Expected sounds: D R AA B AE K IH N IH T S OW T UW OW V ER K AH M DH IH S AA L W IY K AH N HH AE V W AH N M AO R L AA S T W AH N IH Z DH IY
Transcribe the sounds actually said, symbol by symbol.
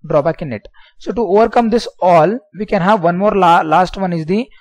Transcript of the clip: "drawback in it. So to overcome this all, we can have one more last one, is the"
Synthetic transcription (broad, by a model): D R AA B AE K IH N IH T S OW T UW OW V ER K AH M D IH S AA L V IY K AH N HH AE V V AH N M AO R L AA S T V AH N IH Z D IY